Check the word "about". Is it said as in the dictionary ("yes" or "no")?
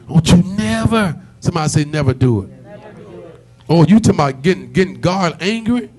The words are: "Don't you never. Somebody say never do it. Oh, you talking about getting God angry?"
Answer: no